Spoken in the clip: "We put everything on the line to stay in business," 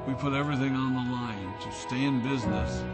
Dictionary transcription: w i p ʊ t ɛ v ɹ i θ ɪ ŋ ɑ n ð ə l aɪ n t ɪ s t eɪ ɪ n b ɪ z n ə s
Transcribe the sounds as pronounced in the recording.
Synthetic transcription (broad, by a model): w i p ʊ t ɛ v ɹ i θ ɪ ŋ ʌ n ð ə l aɪ n t ɪ s t eɪ ɪ n b ɪ z n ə s